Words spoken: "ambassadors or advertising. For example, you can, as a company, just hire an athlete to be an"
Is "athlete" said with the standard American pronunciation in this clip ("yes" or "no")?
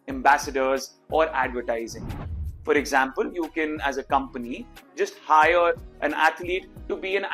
no